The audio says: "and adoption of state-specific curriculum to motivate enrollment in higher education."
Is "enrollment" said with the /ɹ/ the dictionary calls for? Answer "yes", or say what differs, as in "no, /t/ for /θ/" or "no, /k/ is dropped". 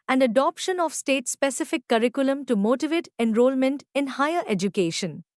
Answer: yes